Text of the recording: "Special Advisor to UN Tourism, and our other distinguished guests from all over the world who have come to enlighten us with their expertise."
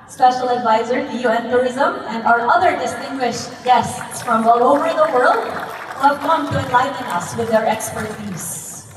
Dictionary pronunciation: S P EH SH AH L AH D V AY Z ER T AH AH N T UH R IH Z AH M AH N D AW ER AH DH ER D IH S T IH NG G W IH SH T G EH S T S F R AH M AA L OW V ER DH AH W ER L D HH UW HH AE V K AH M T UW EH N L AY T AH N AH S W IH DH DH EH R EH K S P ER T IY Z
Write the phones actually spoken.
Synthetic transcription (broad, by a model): S P EH SH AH L AH D V AY Z ER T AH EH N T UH R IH Z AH M AH N D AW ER AH DH ER D IH S T IH NG G W IH SH T G EH S T S F R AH M AA L OW V ER DH AH W ER L D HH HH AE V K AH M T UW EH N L AY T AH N AH S W IH DH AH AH R EH K S P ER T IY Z